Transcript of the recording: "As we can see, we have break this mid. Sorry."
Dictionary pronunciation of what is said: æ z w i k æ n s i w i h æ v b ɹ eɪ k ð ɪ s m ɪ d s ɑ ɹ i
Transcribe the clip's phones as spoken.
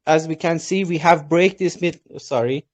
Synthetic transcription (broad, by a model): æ z w i k æ n s i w i h æ v b ɹ eɪ k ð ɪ s m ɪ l s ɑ ɹ i